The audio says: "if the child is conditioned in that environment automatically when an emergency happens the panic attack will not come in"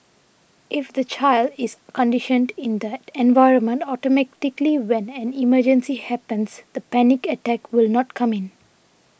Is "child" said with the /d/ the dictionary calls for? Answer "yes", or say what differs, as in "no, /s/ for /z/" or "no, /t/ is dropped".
yes